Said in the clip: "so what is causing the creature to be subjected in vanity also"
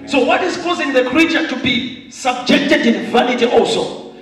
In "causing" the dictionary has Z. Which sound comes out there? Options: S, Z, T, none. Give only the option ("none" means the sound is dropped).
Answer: Z